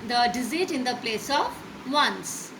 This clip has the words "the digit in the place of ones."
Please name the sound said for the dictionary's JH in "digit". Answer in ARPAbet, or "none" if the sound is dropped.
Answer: Z